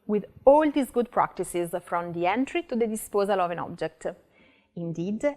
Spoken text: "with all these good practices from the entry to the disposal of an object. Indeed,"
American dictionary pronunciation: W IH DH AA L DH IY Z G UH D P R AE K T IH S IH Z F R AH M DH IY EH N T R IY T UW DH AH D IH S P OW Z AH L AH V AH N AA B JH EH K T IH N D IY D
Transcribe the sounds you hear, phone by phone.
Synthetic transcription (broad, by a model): W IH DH AA L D IY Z G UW D P R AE K T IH S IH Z F R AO M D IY EH N T R IY T UW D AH D IH S P OW Z AH L AH V AH N AA B JH EH K T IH N D IY D